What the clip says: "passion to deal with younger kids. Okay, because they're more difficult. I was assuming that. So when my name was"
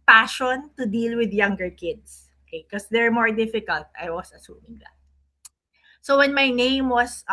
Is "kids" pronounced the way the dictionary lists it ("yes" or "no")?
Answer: no